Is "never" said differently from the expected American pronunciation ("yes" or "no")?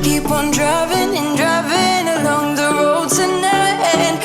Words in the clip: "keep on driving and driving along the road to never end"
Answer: yes